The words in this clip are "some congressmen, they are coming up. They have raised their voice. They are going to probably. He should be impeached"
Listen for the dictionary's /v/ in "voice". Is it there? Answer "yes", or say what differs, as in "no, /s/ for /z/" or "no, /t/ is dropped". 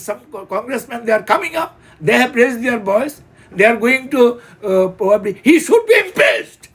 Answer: no, /b/ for /v/